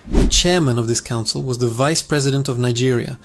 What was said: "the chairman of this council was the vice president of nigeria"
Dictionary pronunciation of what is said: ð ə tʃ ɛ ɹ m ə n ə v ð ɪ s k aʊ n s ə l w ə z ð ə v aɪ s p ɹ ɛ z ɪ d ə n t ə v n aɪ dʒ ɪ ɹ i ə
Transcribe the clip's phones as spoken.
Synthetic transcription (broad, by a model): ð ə tʃ ɛ ɹ m ə n ə v ð ɪ s k aʊ n s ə l w ə z ð ə v aɪ s p ɹ ɛ z ɪ d ə n t ə v n aɪ dʒ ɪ ɹ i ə